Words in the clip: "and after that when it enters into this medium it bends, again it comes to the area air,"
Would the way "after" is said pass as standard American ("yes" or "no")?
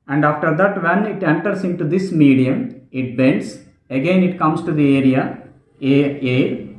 yes